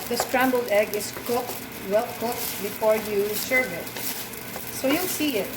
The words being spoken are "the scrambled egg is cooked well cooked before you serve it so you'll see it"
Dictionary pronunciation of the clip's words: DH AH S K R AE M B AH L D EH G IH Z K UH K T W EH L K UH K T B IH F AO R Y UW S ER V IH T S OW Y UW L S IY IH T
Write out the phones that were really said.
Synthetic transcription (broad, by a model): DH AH S K R AE M B AH L D EH G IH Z K UH K T W EH L K UH K T B IH F AO R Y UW S ER V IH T S OW Y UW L S IY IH T